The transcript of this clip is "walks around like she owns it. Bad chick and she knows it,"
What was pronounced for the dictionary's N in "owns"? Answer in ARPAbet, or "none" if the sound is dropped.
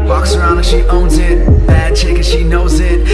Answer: N